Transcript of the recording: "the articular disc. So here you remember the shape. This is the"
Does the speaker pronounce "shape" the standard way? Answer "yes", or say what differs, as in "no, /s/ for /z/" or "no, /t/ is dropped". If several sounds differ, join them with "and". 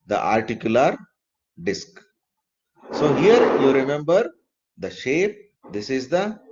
yes